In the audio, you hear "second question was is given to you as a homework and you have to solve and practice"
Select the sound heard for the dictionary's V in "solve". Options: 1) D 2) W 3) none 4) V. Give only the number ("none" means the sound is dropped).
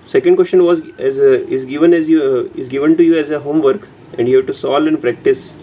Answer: 3